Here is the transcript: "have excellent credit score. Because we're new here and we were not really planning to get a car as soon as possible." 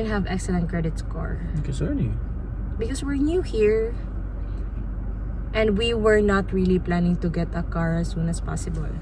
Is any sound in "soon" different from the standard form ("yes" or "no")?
no